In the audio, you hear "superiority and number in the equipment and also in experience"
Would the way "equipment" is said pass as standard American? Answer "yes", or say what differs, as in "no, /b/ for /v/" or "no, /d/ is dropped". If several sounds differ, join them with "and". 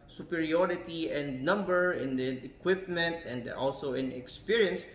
yes